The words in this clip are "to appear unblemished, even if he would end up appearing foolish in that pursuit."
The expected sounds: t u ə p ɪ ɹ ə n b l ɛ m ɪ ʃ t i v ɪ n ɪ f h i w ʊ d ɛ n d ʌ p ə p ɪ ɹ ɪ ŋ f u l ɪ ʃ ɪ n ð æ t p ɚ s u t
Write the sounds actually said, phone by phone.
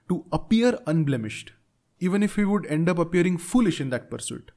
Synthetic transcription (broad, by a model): t u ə p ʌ ɹ ə n b l ɛ m ɪ ʃ t i v ɪ n ɪ f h i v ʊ d ɛ n d ʌ p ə p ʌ ɹ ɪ ŋ f u l ɪ ʃ ɪ n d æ t p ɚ s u t